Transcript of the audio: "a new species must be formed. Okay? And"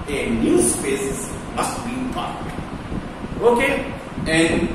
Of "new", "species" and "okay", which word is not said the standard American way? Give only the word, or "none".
species